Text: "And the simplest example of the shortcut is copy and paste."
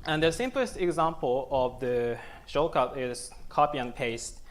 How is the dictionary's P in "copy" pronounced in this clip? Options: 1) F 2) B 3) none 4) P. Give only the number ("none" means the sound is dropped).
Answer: 4